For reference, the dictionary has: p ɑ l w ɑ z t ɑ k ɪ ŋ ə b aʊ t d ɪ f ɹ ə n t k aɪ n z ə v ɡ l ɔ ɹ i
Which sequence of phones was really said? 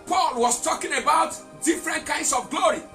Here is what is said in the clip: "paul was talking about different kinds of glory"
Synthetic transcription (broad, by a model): p ɑ l w ɑ s t ɑ k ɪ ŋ ə b aʊ t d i f ɹ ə n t k aɪ n s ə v ɡ l ɔ ɹ i